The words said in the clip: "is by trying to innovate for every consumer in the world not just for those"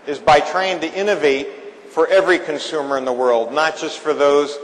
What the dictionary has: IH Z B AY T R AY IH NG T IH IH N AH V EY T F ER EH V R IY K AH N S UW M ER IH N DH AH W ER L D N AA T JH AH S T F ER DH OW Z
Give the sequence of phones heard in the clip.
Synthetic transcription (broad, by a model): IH Z B AY T R AY IH NG T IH IH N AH V EY T F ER EH V R IY K AH N S UW M ER IH N DH AH W ER L D N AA T JH AH S T F ER DH OW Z